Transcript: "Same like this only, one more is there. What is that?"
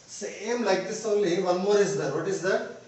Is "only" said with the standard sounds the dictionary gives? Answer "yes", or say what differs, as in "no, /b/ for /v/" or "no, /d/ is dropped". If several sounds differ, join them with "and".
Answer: yes